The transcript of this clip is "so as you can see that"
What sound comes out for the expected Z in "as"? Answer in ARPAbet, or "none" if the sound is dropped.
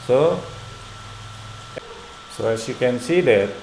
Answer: S